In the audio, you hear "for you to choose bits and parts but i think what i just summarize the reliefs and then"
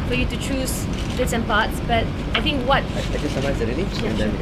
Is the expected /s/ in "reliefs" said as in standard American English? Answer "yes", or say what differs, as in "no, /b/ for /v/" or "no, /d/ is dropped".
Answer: no, /s/ is dropped